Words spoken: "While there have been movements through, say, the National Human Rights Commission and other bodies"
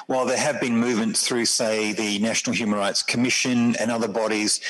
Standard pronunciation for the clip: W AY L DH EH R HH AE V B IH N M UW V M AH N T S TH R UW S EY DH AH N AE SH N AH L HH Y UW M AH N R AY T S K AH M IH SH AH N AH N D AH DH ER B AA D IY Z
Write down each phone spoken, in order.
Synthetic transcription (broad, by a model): W AY L DH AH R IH V B IH N M UW V M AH N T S TH R UW S EY DH AH N AE SH N L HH Y UW M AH N R AY T S K AH M IH SH AH N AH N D AH DH ER B AA D IY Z